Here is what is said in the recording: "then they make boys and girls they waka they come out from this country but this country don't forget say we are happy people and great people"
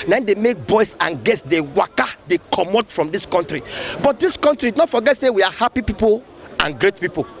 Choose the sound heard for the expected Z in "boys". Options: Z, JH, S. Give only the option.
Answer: S